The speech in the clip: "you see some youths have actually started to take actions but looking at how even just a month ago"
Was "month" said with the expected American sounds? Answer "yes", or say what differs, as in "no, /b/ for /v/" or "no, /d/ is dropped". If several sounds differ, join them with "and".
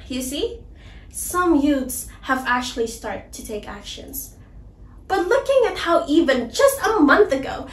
yes